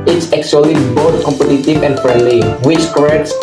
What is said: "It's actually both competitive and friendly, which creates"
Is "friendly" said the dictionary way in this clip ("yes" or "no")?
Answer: no